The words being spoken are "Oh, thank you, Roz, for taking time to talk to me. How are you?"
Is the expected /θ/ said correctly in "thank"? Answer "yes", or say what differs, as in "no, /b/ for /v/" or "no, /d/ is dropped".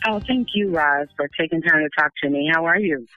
yes